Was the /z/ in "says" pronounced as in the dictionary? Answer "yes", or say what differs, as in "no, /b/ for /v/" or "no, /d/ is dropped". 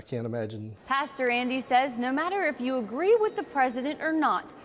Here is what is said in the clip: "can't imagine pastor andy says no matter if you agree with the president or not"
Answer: yes